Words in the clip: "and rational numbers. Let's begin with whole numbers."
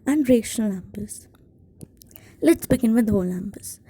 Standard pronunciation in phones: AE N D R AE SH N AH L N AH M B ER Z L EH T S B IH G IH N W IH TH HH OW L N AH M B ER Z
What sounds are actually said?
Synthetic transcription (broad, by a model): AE N D R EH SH AH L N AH M B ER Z L EH T S B IH G IH N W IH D HH OW L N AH M B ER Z